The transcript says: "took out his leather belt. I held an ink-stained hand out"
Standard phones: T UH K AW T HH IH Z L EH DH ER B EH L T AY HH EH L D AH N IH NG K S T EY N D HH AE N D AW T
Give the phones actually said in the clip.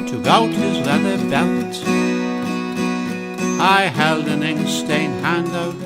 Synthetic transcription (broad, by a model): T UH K AW T HH IH Z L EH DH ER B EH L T AY HH EH L D AH N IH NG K S T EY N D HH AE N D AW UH